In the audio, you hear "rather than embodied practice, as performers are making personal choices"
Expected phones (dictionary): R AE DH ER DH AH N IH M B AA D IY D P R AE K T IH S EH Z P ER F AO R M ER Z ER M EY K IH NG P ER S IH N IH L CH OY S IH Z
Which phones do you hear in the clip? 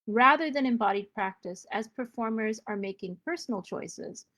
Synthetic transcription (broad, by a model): R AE DH ER DH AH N IH M B AA D IY D P R AE K T IH S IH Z P ER F AO R M ER Z ER M EY K IH NG P ER S N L CH OY S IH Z